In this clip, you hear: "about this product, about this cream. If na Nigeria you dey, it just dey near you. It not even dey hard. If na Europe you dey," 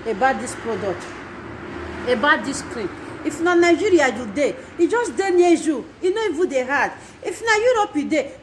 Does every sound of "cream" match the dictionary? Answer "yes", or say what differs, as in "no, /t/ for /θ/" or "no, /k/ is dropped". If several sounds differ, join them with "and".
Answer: no, /m/ is dropped